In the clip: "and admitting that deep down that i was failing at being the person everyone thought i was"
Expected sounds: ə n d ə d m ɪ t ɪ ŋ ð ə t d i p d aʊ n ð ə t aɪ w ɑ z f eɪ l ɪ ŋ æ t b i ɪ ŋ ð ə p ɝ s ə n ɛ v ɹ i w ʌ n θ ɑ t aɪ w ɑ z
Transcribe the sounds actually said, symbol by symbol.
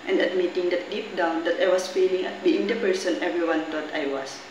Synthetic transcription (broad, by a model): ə n d ə d m ɪ t ɪ ŋ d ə t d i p d aʊ n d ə t aɪ w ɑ s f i l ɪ ŋ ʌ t b i ɪ ŋ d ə p ɝ s ə n ɛ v ɹ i w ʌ n t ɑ t aɪ w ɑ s